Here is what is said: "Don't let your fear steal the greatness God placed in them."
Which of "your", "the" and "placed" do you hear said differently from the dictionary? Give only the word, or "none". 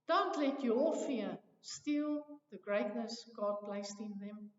your